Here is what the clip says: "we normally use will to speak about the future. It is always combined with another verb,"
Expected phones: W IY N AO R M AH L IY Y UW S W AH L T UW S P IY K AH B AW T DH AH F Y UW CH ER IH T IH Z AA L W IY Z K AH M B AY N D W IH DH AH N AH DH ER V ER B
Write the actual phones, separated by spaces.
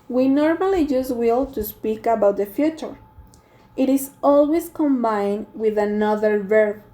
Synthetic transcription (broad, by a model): W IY N AO R M AH L IY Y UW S W AH L T UW S P IY K AH B AW T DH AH F Y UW CH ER IH T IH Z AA L W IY S K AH M B AY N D W IH DH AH N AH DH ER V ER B